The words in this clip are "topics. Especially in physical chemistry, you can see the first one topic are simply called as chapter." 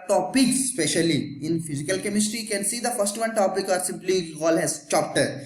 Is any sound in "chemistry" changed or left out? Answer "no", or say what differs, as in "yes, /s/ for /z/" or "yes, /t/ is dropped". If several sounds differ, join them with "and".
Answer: no